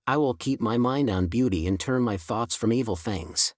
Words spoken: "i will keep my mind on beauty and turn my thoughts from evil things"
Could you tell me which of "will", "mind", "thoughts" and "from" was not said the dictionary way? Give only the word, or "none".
none